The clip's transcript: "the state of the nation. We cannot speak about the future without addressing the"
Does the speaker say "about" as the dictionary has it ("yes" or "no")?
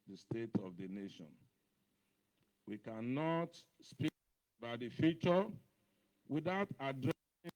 no